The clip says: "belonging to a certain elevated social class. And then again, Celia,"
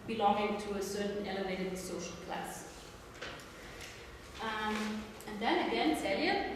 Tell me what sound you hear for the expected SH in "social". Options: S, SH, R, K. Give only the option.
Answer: SH